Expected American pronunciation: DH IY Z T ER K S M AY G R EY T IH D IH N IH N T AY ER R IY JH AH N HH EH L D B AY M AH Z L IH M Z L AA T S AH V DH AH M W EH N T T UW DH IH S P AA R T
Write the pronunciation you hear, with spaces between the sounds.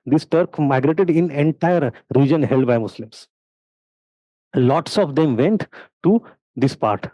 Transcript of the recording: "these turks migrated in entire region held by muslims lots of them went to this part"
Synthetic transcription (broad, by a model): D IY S T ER K M AY G R EY T IH D IH N IH N T AY ER R IY JH AH N HH EH L D B AY M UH S L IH M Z L AA T S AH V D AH M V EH N T T UW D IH S P AA R T